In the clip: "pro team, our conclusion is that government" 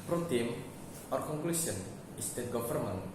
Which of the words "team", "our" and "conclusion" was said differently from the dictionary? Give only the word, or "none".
conclusion